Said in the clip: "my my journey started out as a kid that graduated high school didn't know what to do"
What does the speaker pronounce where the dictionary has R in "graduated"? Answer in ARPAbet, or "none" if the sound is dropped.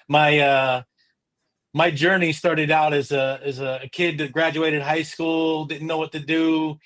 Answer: R